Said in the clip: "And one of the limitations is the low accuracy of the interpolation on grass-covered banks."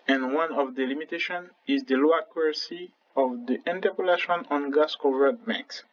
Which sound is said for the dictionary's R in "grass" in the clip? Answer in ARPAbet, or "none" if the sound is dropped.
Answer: none